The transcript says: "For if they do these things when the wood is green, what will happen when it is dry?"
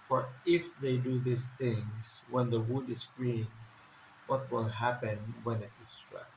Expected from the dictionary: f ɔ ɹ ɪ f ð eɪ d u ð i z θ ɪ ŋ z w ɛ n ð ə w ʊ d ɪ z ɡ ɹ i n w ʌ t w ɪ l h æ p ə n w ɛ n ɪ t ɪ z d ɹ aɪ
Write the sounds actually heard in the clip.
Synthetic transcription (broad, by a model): f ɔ ɹ ɪ f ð eɪ d u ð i s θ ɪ ŋ s w ɛ n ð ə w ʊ d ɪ s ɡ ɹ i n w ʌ t w ɪ l h æ p ə n w ɛ n ɪ t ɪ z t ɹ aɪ